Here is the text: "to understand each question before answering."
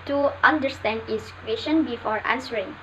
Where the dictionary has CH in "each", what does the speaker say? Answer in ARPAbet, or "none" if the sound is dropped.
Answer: S